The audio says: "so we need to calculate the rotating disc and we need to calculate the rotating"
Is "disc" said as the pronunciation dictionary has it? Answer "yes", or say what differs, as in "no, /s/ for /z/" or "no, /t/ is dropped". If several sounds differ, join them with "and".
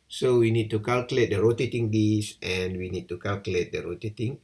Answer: no, /k/ is dropped